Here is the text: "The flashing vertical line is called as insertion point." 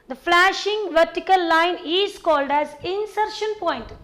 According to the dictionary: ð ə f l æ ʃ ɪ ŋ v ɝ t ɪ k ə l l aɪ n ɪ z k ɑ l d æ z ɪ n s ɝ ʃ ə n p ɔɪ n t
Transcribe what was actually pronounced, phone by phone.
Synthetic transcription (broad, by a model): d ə f l æ ʃ ɪ ŋ v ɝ t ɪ k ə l l aɪ n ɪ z k ɑ l d æ z ɪ n s ɝ ʃ ə n p ɔɪ n t